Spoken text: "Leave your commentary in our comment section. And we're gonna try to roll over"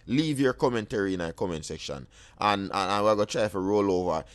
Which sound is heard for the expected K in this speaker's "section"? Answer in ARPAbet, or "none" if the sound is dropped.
K